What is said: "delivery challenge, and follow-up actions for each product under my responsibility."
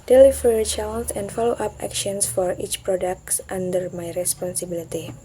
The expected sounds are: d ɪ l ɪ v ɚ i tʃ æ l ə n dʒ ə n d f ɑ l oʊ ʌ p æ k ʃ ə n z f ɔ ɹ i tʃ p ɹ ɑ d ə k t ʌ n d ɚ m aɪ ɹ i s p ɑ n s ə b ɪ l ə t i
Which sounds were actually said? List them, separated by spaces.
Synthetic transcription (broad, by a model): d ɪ l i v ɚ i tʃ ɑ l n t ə n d f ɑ l oʊ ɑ p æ k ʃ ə n s f ɔ ɹ i tʃ p ɹ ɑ d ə k t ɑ n d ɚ m aɪ ɹ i s p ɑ n s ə b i l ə t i